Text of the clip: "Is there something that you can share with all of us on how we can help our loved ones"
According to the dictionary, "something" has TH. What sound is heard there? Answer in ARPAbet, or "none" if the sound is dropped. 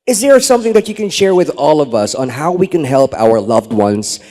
TH